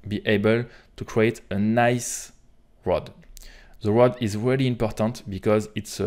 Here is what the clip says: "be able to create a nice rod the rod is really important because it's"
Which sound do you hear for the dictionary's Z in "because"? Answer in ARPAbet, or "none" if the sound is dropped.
Z